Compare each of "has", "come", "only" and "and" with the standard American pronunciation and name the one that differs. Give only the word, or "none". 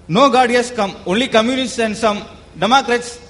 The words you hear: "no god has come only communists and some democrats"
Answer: has